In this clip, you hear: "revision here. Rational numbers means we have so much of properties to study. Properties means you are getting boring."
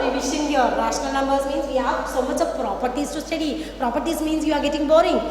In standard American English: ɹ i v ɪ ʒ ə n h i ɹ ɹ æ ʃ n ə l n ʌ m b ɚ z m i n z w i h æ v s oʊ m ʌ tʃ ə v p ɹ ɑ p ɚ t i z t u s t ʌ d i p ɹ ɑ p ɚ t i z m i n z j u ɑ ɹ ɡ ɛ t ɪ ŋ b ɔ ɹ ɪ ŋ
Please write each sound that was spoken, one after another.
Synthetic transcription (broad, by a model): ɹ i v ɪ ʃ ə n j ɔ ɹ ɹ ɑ s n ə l n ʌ m b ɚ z m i n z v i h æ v s oʊ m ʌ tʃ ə p ɹ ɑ p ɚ t i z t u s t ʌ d i p ɹ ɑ p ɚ t i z m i n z j u ɑ ɹ ɡ ɛ t ɪ ŋ b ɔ ɹ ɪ ŋ